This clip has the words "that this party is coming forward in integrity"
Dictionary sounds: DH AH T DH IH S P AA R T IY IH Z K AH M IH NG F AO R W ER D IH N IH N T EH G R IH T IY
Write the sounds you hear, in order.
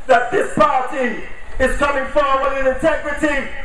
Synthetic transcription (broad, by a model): DH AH T DH IH S P AA R T IY IH Z K AH M IH NG F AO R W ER IH N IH N T EH G R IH T IY